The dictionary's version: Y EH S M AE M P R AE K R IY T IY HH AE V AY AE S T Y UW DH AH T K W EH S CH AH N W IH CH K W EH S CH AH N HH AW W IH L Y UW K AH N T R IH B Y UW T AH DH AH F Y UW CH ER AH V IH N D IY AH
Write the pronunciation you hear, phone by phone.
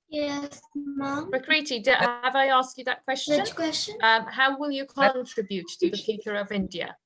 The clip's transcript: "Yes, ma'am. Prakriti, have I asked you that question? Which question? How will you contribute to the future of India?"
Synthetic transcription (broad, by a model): Y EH S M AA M R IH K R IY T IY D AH V AY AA S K Y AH DH AH T K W EH S CH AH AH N K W EH S CH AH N HH AW W IH L Y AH K AH N T R IH B Y UW T AH DH AH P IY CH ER AH V IH N D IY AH